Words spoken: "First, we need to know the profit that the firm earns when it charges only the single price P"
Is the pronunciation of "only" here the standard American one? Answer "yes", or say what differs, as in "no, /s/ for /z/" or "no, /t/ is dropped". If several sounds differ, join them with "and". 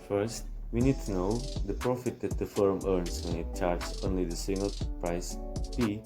yes